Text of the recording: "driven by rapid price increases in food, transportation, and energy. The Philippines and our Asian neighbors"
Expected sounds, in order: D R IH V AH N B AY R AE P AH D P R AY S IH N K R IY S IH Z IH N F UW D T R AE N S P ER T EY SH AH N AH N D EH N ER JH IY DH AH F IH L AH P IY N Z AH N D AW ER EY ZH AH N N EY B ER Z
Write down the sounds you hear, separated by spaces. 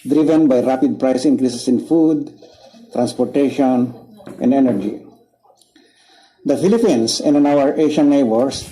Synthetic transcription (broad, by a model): D R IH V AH N B AY R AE P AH D P R AY S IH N K R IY S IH S IH N F UW D T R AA N S P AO T EY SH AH N AH N D EH N ER JH IY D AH F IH L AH P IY N S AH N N AW ER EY SH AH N N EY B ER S